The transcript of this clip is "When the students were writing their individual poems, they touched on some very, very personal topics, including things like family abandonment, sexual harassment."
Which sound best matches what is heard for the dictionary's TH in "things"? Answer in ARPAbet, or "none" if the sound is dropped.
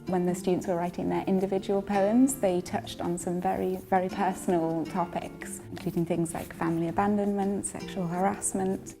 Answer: TH